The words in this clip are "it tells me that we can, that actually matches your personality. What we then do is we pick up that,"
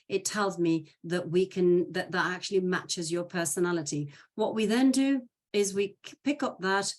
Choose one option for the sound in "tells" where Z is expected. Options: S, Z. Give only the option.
Z